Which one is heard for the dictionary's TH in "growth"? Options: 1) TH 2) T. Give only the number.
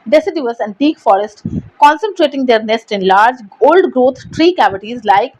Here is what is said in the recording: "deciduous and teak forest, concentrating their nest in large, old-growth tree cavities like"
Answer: 2